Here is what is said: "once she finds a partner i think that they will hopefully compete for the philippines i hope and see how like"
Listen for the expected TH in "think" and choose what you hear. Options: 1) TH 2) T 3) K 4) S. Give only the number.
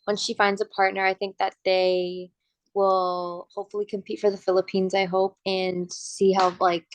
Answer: 1